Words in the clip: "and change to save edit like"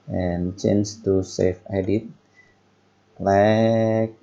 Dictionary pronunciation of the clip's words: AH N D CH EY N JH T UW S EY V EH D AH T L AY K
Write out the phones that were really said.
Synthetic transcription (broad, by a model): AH N CH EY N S T UW S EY F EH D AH T L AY K